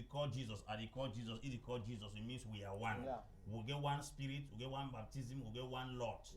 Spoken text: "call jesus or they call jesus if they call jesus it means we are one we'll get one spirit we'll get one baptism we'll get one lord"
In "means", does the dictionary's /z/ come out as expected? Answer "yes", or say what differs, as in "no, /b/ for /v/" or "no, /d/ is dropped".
no, /s/ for /z/